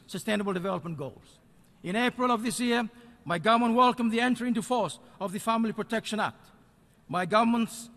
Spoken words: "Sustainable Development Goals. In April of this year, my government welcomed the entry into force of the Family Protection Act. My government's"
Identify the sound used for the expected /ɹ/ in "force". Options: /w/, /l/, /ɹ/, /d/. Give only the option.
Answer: /ɹ/